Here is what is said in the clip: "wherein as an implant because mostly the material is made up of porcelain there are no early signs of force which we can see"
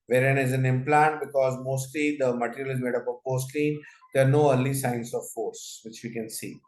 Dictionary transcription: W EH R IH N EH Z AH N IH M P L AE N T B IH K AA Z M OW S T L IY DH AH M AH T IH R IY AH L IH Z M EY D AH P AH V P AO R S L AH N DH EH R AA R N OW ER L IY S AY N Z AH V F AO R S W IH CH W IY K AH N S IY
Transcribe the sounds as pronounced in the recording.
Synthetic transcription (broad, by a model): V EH R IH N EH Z AH N IH M P L AE N T B IH K AA Z M OW S T L IY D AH M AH T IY R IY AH L IH Z M EY D AH P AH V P AO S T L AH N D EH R AA R N OW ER L IY S AY N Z AH V F AO R S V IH CH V IY K AH N S IY